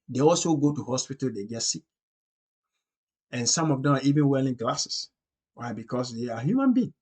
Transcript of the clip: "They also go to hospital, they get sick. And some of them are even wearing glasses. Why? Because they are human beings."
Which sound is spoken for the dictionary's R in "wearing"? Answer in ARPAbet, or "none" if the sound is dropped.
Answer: L